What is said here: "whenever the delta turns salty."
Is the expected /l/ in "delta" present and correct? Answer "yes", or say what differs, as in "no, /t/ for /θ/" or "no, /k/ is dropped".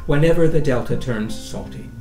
yes